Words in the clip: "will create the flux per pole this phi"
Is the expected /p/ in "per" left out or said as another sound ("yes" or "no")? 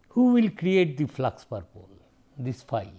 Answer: no